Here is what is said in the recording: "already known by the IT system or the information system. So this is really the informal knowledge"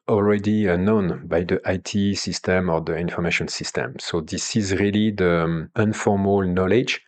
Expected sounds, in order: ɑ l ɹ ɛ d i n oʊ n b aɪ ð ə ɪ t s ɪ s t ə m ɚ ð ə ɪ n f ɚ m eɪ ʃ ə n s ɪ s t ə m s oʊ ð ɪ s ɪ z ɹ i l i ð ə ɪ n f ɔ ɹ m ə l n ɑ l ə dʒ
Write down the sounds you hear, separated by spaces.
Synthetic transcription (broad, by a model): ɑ l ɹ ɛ d i n oʊ n b aɪ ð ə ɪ t s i s t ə m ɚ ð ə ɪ n f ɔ m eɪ ʃ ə n s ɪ s t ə m s oʊ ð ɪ s ɪ z ɹ i l i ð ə ɪ n f ɔ ɹ m ə l n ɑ l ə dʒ